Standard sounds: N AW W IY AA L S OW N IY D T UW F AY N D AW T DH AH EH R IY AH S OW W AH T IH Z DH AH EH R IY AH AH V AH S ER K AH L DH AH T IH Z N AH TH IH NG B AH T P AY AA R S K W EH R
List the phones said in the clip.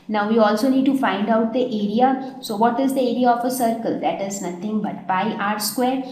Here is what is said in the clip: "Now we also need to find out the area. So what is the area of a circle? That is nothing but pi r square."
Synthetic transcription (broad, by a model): N AW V IY AA L S OW N IY D T UW F AY N D AW T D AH EH R IY AH S OW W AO T IH Z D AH EH R IY AH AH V AH S ER K AH L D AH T IH Z N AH T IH NG B AH T B AY AA R S K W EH R